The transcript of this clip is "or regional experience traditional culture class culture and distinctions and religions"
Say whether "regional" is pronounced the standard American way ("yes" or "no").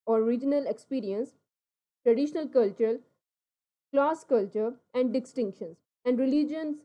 yes